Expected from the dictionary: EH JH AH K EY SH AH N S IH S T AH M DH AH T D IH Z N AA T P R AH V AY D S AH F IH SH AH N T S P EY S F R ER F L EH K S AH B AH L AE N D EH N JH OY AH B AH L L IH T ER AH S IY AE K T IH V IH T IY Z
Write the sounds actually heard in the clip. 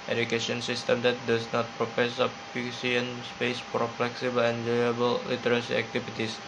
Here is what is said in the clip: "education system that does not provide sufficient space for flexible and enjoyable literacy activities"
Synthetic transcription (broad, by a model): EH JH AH K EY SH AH N S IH S T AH M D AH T D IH S N AA T P R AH P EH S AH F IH S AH N S P EY S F R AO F L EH K S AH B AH L EH N JH OY AH B AH L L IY T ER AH S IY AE K T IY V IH T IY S